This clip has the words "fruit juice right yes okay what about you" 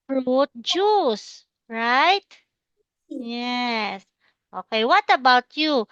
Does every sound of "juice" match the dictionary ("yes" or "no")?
yes